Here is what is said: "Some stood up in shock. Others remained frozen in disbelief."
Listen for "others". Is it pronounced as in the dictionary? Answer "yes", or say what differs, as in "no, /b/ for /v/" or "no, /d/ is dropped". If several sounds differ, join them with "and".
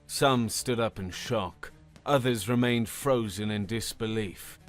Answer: yes